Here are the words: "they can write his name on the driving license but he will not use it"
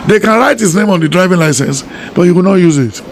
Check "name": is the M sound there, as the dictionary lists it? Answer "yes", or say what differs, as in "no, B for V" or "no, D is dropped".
yes